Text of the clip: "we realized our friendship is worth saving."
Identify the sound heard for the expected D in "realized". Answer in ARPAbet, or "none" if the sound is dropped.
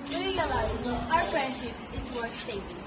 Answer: none